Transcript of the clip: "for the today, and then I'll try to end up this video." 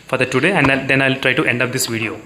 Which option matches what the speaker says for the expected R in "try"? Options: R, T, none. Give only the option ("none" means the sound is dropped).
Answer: R